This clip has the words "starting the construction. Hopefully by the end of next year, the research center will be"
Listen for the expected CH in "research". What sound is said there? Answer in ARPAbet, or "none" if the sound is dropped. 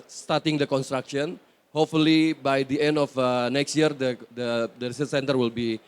S